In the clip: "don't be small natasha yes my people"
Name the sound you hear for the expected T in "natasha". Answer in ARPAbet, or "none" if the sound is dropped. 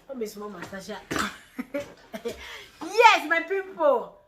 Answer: S